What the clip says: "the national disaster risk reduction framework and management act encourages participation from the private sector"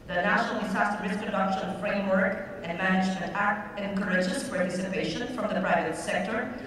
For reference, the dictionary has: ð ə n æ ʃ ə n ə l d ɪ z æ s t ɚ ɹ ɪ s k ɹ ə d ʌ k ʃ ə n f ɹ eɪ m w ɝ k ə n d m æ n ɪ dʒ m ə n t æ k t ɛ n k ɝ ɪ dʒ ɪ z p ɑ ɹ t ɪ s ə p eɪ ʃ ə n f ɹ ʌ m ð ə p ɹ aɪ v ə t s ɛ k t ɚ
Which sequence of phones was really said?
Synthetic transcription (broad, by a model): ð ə n æ ʃ ə n ə l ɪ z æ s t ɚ ɹ ɪ s k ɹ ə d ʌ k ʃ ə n f ɹ eɪ m w ɝ k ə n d m æ n ɪ dʒ m ə n t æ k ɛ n k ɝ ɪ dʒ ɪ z p ɑ ɹ t ɪ s ə p eɪ ʃ ə n f ɹ ʌ m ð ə p ɹ aɪ v ə t s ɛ k t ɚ